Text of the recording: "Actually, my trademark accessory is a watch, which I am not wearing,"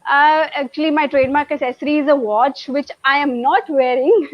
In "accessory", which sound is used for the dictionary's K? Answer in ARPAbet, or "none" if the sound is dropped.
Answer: none